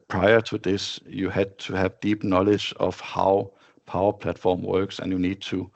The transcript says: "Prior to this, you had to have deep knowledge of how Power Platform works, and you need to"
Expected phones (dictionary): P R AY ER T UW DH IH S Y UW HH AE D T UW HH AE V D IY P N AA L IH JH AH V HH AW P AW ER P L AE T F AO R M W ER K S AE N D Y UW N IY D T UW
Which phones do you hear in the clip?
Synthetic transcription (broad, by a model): P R AY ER T UW DH IH S Y UW HH AE D T UW HH AE V D IY P N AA L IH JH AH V HH AW P AW ER P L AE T F AO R M W ER K S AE N Y UW N IY D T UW